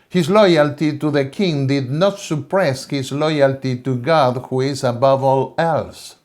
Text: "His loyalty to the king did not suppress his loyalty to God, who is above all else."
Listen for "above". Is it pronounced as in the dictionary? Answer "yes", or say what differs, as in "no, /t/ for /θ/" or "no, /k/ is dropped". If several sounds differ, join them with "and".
yes